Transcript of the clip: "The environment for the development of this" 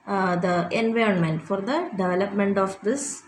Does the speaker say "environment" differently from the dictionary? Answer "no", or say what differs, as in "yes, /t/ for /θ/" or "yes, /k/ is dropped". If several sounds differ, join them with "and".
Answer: no